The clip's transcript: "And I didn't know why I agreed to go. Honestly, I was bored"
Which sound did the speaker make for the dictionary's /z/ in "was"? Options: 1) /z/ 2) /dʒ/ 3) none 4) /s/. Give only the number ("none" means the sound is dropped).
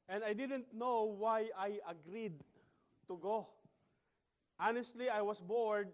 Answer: 4